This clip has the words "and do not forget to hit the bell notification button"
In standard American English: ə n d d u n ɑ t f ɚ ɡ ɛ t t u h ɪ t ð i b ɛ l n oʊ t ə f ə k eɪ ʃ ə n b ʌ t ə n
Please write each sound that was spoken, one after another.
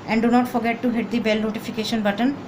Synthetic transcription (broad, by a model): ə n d d u n ɑ t f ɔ ɡ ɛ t t u h ɪ t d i b ɛ l n oʊ t ə f ə k eɪ ʃ ə n b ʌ t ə n